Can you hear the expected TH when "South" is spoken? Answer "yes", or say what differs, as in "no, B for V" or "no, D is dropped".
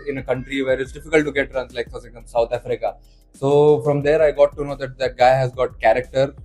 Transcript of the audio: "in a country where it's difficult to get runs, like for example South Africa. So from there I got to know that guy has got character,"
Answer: no, T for TH